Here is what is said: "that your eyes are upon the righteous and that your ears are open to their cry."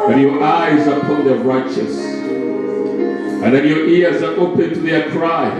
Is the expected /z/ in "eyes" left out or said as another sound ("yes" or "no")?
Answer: no